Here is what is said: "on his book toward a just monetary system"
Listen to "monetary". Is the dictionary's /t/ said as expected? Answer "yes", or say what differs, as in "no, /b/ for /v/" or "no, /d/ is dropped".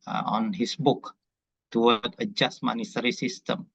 no, /s/ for /t/